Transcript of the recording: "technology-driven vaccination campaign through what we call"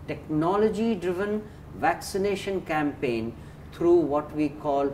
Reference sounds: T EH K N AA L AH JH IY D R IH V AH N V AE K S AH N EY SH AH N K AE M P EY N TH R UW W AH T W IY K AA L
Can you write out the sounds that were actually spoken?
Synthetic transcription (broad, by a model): T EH K N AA L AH JH IY D R IH V AH N V AE K S AH N EY SH AH N K AE M P EY N T R UW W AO T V IY K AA L